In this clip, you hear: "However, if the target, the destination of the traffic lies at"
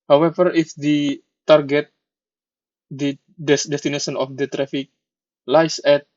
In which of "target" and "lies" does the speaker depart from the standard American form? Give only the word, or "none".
lies